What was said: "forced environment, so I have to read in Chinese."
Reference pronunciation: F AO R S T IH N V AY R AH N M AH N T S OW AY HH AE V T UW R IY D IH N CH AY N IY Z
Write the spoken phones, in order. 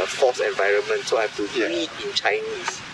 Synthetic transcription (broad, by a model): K AO S IH N V AY R AH N M AH N T S OW AY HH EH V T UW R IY IH N CH AY N IY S